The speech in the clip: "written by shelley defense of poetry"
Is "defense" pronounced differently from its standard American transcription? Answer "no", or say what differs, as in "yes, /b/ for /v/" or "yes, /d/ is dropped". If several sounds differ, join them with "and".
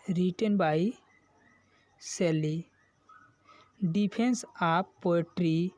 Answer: yes, /p/ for /f/